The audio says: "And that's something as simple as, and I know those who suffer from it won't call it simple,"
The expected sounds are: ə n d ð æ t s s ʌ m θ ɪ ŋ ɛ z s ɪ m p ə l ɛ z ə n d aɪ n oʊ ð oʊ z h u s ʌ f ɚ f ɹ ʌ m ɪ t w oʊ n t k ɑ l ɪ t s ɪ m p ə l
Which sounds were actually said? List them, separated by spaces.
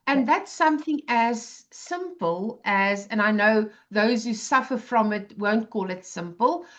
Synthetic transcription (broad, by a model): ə n ð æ t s s ʌ m θ ɪ ŋ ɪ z s ɪ m p ə l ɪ z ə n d aɪ n oʊ ð oʊ z h u s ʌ f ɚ f ɹ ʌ m ɪ t w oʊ n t k ɑ l ɪ t s ɪ m p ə l